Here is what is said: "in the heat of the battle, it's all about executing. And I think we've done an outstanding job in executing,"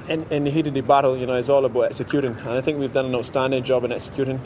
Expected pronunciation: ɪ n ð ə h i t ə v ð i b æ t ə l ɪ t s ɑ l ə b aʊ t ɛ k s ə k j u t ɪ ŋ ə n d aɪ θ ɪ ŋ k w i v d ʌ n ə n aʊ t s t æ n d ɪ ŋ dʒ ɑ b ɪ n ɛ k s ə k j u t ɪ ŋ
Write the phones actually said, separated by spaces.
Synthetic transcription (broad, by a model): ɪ n ð ə h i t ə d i b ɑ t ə l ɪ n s ɑ l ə b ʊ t ɛ k s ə k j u t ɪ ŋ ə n aɪ θ ɪ ŋ k w i v d ʌ n ə n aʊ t s t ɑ n d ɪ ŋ dʒ ɑ b ɪ n ɛ k s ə k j u t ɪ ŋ